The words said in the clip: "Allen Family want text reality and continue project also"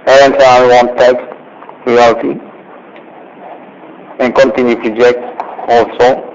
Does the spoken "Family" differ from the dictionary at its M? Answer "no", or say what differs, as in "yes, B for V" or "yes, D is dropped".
yes, M is dropped